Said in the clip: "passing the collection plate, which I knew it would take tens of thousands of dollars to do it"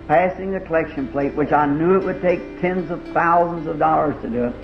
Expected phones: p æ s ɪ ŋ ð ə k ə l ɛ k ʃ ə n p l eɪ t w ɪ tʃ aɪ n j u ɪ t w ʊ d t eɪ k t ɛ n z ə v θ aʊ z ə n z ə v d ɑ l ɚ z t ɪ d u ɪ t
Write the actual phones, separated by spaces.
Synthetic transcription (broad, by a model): p æ s ɪ ŋ ð ə k ə l ɛ k ʃ ə n p l eɪ t w ɪ tʃ aɪ n j u ɪ t w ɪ d t eɪ k t ɛ n z ə v θ aʊ z ə n z ə v d ɑ l ɚ z t ɪ d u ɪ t